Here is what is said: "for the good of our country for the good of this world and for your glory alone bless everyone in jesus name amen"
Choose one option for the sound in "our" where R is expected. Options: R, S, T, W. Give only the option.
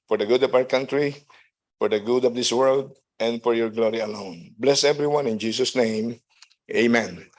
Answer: W